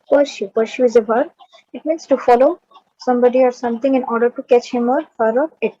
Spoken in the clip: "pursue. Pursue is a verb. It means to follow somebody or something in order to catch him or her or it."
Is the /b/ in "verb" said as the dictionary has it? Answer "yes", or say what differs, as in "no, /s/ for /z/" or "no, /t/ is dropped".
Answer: no, /b/ is dropped